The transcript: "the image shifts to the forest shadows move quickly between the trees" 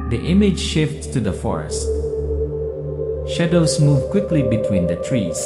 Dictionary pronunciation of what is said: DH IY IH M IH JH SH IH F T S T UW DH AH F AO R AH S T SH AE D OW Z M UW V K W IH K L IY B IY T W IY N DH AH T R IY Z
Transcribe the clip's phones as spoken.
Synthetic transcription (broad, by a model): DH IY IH M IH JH SH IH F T T UW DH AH F AO R AH S T SH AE D OW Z M UW V K W IH K L IY B IY T W IY N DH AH T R IY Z